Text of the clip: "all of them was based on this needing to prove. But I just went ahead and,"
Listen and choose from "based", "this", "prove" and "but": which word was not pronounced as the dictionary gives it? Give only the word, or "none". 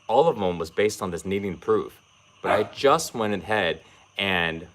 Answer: prove